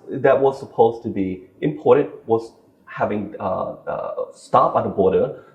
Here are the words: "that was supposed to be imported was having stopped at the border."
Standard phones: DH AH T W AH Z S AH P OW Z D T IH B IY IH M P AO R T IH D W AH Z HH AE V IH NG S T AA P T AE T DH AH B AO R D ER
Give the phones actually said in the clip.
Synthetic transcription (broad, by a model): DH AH T W AH Z S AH P OW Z T IH B IY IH M P AO R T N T W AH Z HH AE V IH NG S T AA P AH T DH AH B AO R D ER